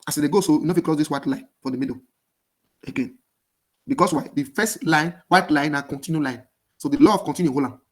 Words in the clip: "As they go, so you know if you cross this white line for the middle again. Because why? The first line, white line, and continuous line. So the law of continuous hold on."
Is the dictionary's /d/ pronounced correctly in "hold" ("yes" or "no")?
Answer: no